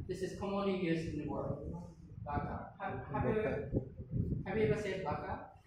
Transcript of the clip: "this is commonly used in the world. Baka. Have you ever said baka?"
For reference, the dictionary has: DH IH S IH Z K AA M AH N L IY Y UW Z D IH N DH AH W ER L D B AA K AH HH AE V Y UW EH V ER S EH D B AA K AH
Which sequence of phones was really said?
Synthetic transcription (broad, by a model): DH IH S IH Z K AA M AH N L IY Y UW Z IH N DH AH W ER L D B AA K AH HH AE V Y UW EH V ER S EH D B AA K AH